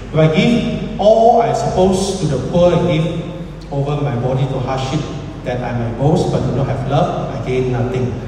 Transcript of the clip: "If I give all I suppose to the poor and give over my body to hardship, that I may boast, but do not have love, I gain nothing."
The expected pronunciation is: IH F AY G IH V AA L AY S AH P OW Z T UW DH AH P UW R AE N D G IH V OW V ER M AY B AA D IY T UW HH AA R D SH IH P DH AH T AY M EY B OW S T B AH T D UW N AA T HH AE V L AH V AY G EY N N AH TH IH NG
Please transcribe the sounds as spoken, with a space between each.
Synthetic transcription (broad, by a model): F AY G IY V AA L AY S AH P OW S T UW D AH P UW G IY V OW V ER M AY B AA D IY T UW HH AA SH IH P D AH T AY M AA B OW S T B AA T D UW N AA T HH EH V L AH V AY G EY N N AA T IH NG